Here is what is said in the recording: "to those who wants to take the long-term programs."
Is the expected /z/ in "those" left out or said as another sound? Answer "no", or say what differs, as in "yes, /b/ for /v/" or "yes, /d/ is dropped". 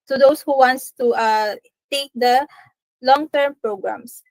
yes, /s/ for /z/